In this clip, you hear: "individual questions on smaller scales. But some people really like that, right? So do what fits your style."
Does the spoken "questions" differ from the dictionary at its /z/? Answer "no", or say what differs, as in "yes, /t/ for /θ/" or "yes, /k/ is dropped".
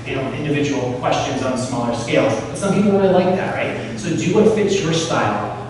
no